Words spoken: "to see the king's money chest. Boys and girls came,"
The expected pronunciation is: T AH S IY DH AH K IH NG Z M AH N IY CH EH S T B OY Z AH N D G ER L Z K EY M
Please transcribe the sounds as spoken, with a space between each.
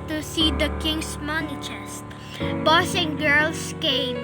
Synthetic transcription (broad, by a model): T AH S IY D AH K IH NG S M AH N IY CH EH S T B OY S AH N G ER L S K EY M